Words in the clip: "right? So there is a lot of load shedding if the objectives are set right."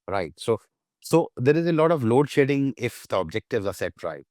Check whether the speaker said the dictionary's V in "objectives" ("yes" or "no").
yes